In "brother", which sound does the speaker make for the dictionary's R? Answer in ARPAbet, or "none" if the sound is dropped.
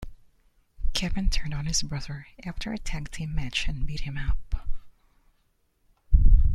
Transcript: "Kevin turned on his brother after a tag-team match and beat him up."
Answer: R